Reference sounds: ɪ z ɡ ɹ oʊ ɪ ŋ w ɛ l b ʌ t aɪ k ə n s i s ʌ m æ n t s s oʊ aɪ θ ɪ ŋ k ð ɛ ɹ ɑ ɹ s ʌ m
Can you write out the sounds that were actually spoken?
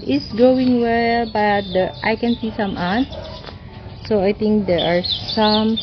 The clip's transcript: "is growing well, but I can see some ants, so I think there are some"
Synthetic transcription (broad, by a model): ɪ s ɡ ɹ oʊ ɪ ŋ w ɛ l b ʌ t aɪ k ə n s i s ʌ m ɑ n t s s oʊ aɪ t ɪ ŋ k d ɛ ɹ ɑ ɹ s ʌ m